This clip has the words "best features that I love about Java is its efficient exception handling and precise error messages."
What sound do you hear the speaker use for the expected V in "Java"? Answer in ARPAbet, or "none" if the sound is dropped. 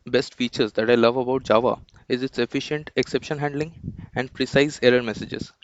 V